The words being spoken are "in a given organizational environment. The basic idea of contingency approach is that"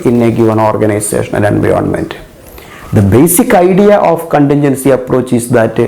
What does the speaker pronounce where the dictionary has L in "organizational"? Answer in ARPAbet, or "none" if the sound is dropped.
N